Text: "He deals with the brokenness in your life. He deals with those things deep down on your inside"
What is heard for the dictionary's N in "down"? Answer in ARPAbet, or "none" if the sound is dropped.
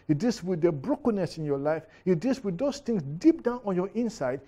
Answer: N